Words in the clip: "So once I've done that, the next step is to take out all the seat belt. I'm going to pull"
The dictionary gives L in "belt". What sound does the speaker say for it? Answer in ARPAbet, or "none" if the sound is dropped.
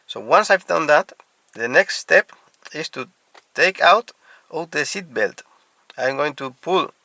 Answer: L